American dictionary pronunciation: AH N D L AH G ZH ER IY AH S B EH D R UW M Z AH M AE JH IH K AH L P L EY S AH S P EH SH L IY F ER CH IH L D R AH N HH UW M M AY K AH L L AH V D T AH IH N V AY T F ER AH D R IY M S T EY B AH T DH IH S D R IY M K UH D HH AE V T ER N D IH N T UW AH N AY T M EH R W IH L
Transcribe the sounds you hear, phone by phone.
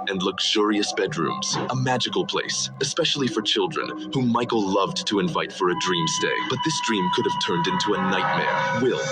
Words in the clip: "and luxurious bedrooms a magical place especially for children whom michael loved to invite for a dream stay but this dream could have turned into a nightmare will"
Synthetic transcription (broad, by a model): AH N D L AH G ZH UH IY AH S B EH D R UW M Z AH M AE JH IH K L P L EY S AH S P EH SH L IY F ER CH IH L D R AH N HH UW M M AY K L L AH V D T AH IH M V AY T F ER AH D R IY M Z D EY B AH T DH IH S D R IY M K UH D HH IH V T ER N D IH N T UW AH N AY T M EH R W IH L